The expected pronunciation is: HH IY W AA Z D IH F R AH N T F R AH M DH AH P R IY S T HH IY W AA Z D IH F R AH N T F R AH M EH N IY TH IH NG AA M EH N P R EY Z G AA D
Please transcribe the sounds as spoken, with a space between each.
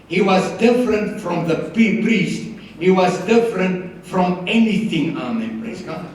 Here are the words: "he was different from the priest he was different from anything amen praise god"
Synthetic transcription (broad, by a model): HH IY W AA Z D IH F R AH N T F R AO M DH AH P R IY S T HH IY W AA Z D IH F R AH N T F R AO M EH N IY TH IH NG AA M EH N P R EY S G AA